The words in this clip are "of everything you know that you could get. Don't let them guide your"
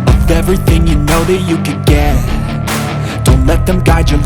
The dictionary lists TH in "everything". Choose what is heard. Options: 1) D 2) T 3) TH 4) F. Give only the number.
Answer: 3